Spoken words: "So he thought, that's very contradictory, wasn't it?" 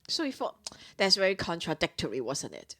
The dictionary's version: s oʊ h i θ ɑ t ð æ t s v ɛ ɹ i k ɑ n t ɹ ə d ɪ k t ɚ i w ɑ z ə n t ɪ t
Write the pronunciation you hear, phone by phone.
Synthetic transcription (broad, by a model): s oʊ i f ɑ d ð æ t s v ɛ ɹ i k ɑ n t ɹ ə d ɪ k t ɚ i w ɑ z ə n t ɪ t